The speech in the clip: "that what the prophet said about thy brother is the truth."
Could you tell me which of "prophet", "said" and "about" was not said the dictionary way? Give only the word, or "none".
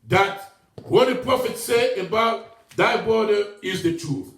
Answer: said